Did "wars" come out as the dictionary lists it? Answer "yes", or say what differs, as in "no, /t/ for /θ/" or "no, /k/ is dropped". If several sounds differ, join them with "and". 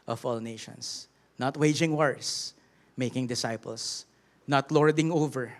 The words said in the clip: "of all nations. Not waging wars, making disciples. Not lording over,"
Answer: no, /s/ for /z/